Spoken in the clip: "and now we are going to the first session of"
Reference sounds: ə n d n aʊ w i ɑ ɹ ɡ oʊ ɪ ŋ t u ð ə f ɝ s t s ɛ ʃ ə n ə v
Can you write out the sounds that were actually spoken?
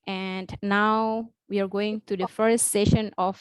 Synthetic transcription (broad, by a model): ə n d n aʊ w i ɑ ɹ ɡ oʊ ɪ ŋ t u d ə f ɝ s t s ɛ ʃ ə n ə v